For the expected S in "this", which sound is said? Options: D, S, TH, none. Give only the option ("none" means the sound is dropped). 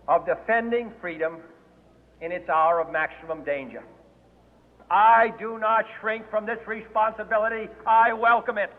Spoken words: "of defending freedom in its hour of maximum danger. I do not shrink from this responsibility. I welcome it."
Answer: S